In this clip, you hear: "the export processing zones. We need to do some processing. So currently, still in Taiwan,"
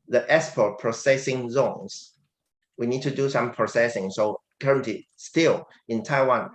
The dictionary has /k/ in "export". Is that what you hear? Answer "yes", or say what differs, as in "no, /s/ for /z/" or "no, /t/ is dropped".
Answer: no, /k/ is dropped